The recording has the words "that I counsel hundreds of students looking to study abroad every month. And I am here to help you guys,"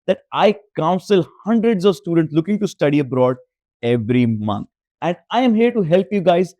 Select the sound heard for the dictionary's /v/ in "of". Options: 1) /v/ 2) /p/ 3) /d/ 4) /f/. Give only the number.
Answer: 1